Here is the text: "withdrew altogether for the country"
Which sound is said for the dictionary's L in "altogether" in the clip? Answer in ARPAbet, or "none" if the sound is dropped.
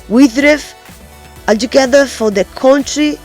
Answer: none